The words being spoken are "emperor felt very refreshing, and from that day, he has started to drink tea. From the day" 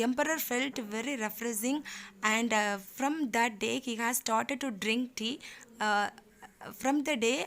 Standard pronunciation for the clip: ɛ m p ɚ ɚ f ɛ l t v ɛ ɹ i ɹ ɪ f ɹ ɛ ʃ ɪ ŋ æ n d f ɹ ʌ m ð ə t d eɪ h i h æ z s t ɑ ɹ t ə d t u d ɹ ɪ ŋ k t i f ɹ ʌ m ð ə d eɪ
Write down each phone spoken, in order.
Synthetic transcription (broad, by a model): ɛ m p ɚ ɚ f ɛ l t v ɛ ɹ i ɹ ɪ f ɹ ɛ s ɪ ŋ æ n d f ɹ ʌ m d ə t d eɪ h i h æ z s t ɑ ɹ t ə d t u d ɹ ɪ ŋ k t i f ɹ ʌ m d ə d eɪ